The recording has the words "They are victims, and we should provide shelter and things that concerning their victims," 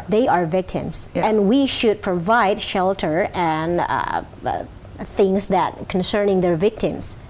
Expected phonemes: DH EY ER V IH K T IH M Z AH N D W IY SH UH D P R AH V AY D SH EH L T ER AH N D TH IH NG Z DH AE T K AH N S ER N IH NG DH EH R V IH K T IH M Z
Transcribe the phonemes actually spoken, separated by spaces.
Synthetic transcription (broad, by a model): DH EY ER V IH K T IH M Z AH N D W IY SH UH D P R AH V AY D SH EH L T ER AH N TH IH NG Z DH AE T K AH N S ER N IH NG DH EH R V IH K T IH M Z